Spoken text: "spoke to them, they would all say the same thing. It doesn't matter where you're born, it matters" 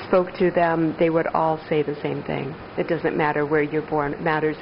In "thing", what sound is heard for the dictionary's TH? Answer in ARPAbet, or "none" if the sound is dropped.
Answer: TH